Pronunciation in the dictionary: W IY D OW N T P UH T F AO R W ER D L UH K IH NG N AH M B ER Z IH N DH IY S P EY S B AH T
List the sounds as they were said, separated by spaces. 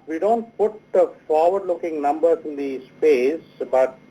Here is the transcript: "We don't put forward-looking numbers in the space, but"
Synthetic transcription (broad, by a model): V IY D OW N T P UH T F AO R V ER D L UH K IH NG N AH M B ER IH N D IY S P EY S B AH T